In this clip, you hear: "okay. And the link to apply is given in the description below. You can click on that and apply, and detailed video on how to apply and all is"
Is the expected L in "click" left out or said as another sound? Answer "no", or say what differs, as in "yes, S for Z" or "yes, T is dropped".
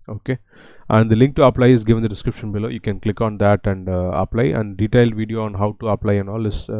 no